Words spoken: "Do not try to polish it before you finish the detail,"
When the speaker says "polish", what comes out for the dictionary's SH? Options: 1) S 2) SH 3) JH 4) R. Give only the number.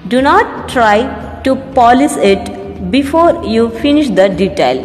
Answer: 1